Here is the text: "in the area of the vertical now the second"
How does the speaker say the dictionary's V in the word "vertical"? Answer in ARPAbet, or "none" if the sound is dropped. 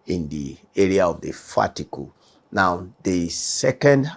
F